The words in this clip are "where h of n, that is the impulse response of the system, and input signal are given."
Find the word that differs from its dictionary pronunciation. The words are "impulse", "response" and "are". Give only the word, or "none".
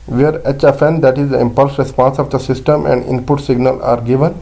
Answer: none